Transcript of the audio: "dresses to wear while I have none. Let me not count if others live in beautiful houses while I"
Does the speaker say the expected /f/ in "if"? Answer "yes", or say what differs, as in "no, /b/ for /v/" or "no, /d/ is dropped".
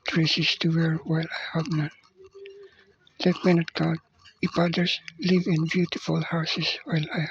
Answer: no, /p/ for /f/